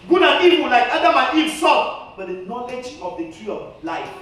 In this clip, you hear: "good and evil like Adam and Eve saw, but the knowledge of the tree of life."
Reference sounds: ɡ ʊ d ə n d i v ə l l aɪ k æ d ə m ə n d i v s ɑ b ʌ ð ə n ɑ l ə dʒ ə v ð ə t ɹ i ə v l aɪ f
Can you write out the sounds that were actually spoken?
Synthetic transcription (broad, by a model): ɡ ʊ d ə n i w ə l l aɪ k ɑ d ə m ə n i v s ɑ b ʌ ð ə n ɑ l ə dʒ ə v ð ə t ɹ i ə l aɪ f